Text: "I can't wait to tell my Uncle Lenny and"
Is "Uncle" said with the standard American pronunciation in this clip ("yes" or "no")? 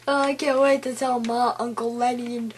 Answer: yes